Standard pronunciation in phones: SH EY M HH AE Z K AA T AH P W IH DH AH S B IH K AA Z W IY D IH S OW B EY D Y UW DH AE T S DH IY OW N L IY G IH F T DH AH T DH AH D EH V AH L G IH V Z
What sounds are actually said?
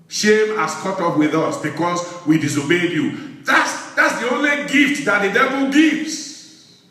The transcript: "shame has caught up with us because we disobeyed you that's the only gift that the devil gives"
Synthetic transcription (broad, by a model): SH EY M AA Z K AA T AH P W IH DH AH S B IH K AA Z W IY D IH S OW B EY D Y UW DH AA T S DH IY OW N L IY G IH F T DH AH T DH AH D EH V AH L G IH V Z